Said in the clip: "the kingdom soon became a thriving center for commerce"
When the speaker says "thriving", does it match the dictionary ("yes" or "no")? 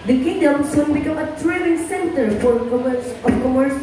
no